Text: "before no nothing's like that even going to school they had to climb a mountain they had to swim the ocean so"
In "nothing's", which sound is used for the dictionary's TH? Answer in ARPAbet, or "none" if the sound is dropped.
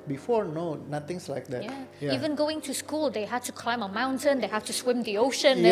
T